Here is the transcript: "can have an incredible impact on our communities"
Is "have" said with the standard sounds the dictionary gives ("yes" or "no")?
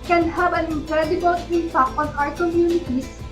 no